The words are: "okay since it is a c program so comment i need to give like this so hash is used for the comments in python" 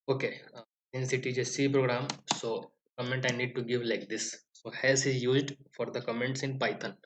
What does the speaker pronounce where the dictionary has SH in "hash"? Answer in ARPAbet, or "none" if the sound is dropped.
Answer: S